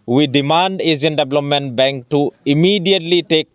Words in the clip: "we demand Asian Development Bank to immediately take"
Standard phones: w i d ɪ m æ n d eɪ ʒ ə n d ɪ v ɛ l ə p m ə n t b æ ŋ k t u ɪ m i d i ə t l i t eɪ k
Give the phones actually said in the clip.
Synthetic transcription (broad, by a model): w i d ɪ m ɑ n d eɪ z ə n d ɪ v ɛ l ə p m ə n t b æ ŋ k t u ɪ m i d i ə t l i t eɪ k